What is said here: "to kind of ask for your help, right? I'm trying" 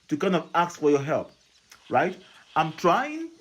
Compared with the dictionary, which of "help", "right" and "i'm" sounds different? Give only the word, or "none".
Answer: none